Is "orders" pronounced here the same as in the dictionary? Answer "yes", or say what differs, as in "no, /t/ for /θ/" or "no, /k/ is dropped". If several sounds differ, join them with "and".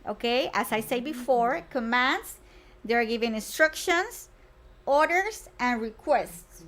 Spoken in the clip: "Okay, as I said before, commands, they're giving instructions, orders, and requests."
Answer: no, /s/ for /z/